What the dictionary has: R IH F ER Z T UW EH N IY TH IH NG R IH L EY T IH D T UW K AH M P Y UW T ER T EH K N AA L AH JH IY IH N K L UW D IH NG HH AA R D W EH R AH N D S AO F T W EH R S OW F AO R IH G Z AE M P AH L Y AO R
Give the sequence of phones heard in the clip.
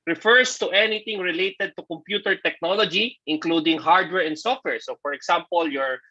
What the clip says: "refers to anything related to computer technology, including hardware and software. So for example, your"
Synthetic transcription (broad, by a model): R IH F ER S T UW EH N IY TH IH NG R IH L EY T IH D T UW K AH M P Y UW T ER T EH K N AA L AH JH IY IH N K L UW D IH NG HH AA R D W EH R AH N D S AO F T W EH R S OW F AO R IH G S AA M P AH L Y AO R